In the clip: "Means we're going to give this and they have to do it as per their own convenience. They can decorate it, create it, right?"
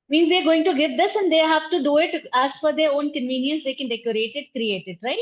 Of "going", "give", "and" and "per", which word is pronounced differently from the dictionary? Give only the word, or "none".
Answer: per